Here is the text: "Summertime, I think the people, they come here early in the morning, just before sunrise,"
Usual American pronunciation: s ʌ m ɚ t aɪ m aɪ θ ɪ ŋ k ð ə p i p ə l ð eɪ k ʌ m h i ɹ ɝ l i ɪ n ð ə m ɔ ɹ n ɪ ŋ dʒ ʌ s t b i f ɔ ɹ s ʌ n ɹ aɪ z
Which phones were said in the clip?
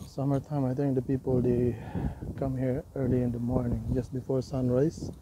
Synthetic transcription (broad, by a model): s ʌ m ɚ t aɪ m aɪ t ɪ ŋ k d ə p i p ə l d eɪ k ʌ m h i ɹ ɝ l i ɪ n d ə m ɔ ɹ n ɪ ŋ dʒ ʌ s t b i f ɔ ɹ s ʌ n ɹ aɪ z